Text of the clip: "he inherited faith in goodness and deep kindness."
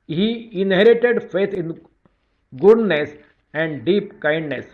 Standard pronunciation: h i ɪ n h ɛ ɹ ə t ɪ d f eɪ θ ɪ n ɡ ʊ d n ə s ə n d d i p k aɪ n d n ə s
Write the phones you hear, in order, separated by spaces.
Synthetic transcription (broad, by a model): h i ɪ n h ɛ ɹ ə t ɪ d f eɪ t ɪ n ɡ ʊ d n ə s ə n d d i p k aɪ n d n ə s